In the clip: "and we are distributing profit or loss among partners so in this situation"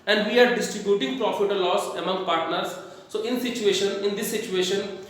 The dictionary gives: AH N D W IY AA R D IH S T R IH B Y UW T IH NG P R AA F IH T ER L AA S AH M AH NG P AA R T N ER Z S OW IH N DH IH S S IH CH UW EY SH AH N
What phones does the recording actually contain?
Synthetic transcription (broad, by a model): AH N D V IY AA R D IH S T R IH B Y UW T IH NG P R AA F IH T ER L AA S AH M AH NG P AA R T N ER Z S OW IH N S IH SH S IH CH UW EY SH AH N